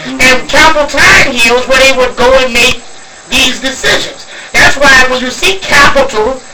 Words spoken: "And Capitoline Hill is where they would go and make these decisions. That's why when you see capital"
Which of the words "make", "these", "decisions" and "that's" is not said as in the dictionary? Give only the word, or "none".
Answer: none